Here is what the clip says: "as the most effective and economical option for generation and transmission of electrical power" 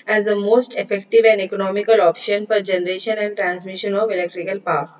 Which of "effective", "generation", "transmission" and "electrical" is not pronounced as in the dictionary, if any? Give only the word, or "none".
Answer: none